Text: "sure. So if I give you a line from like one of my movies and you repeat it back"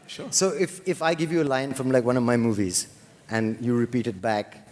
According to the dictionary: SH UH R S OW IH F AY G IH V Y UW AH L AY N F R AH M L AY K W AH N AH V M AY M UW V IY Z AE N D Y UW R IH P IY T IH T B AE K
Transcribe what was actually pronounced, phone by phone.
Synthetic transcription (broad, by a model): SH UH S OW IH F AY G IH V Y UW AH L AY N F R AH M L AY K W AH N AH V M AY M UW V IY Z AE N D Y UW R IH P IY T IH T B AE K